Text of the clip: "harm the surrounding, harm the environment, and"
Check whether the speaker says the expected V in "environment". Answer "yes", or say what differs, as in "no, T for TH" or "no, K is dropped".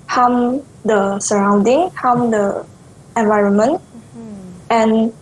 yes